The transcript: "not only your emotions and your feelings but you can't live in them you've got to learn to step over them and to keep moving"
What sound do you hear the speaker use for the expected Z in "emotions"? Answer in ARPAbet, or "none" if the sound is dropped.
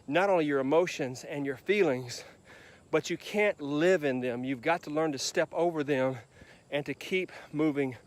Z